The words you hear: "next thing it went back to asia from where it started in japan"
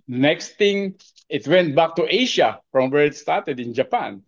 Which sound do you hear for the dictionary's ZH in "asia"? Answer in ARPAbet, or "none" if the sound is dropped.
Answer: SH